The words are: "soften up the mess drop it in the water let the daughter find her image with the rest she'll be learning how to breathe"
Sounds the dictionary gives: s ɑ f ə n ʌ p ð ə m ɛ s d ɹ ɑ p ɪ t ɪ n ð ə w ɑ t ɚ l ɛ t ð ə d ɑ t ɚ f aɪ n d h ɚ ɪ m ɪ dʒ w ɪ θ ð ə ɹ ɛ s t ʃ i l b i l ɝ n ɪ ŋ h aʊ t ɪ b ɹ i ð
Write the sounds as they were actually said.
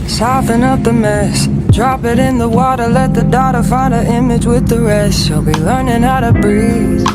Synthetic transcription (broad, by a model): s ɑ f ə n ʌ p ð ə m ɛ s d ɹ ɑ p ɪ t ɪ n ð ə w ɑ t ɚ l ɛ t ð ə d ɑ t ɚ f aɪ n d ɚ ɪ m ɪ dʒ w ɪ ð ə ɹ ɛ s t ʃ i l b i l ɝ n ɪ ŋ aʊ t ɪ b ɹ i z